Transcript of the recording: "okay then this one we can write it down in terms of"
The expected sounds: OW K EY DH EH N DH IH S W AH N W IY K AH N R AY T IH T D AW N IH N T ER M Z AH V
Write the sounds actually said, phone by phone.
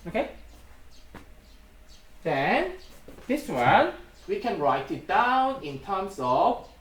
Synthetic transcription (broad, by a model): OW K EY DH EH N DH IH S W AH N W IY K AH N R AY T IH T D AW N IH N T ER M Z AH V